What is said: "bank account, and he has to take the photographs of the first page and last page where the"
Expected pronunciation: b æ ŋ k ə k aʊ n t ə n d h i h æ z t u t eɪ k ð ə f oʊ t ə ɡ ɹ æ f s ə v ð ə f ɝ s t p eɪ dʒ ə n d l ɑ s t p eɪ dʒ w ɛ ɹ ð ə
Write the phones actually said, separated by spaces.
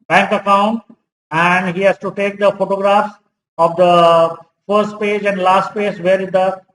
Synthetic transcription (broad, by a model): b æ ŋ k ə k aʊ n ə n d h i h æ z t u t eɪ k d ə f oʊ t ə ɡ ɹ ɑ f s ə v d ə f ɝ s t p eɪ dʒ ə n d l ɑ s t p eɪ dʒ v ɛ ɹ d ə